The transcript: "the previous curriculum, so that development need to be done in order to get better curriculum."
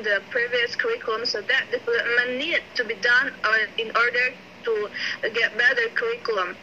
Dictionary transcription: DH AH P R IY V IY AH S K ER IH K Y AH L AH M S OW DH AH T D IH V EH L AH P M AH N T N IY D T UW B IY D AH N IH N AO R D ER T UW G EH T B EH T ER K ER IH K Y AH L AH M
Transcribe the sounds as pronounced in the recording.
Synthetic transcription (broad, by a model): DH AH P R IY V IY AH S K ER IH K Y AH L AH M S OW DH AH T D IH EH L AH M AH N N IY D T UW B IY D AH N IH N AO R D ER T UW G EH T B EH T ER K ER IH K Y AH L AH M